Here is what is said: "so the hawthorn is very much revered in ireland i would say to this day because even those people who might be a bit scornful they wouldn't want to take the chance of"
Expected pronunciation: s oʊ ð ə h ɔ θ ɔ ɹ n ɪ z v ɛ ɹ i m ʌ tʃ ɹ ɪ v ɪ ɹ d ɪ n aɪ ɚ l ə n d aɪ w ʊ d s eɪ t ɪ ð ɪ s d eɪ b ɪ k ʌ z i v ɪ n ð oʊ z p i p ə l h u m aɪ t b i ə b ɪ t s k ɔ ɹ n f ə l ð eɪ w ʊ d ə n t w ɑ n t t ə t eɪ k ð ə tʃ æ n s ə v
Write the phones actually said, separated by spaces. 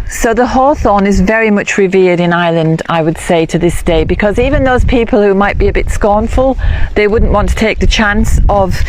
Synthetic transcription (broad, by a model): s oʊ ð ə h ɔ θ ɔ n ɪ z v ɛ ɹ i m ʌ tʃ ɹ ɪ v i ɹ d ɪ n aɪ l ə n d aɪ w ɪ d s eɪ t ɪ ð ɪ s d eɪ b ɪ k ʌ z i v ɪ n ð oʊ z p i p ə l h u m aɪ t b i ə b ɪ t s k ɔ ɹ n f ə l ð eɪ w ʊ d n t w ɑ n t t ə t eɪ k ð ə tʃ æ n s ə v